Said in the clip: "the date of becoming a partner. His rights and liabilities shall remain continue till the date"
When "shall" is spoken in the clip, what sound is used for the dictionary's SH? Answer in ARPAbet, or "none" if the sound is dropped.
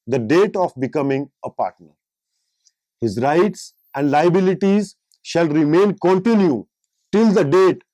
SH